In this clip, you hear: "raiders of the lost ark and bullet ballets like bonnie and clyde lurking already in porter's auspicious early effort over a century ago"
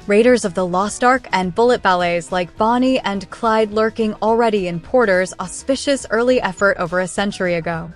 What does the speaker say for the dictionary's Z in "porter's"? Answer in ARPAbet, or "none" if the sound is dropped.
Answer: Z